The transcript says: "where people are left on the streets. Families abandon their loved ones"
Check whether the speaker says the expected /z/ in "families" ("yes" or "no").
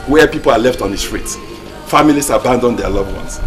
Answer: no